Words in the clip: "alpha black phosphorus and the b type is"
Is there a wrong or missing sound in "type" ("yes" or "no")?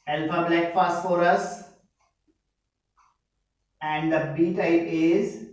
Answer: yes